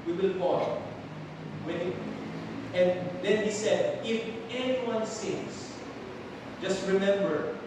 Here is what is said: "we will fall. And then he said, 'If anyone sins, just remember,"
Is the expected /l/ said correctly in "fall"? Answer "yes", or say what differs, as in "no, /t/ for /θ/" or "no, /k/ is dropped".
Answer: no, /w/ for /l/